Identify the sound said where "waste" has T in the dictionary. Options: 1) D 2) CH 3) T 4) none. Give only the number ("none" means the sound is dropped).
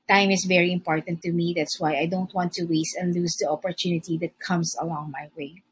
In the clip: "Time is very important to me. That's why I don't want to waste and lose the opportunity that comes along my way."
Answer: 3